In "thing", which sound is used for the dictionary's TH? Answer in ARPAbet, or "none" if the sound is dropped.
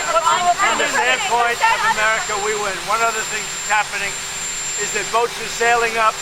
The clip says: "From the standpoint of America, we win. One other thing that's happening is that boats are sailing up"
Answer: TH